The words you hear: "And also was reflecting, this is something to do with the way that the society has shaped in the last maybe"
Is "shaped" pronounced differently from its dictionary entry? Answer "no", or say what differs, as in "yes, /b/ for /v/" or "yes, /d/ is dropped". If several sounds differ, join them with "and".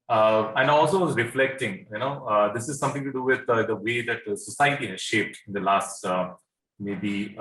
no